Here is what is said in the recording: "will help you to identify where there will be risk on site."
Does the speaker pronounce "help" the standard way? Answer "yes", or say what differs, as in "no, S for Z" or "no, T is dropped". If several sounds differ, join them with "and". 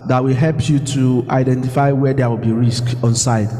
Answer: yes